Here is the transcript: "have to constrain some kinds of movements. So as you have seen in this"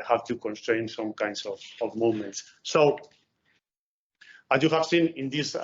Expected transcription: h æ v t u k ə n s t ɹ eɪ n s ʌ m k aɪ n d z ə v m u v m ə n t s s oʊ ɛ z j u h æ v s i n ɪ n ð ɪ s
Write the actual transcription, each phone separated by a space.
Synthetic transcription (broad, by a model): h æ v t u k ə n s t ɹ eɪ n s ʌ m k aɪ n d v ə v m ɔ m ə n t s s oʊ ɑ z j u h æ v s i n ɪ n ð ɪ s